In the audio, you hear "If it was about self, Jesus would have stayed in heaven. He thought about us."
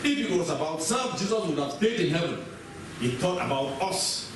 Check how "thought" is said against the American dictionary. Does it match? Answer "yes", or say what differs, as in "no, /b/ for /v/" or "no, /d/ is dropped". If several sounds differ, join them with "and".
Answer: no, /t/ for /θ/